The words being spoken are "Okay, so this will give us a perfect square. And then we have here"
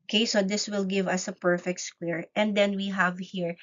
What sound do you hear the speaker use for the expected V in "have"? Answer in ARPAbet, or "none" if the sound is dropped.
V